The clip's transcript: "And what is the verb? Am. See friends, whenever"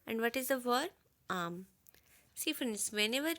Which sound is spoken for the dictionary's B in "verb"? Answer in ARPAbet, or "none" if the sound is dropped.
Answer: none